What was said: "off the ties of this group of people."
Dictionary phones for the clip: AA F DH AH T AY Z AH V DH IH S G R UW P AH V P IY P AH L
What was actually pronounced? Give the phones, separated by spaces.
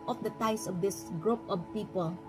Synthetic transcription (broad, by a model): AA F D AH T AY S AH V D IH S G R UW P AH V P IY P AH L